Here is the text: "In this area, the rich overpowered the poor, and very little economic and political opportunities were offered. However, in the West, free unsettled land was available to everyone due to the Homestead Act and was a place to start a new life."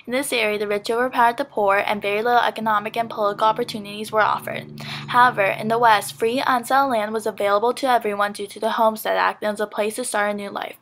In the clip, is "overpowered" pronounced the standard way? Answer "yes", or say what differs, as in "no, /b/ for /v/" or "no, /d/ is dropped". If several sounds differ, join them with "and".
no, /v/ is dropped